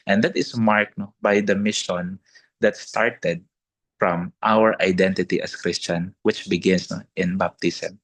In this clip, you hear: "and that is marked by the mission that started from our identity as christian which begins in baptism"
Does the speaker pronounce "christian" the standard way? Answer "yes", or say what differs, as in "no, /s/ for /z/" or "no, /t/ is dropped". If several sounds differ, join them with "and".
yes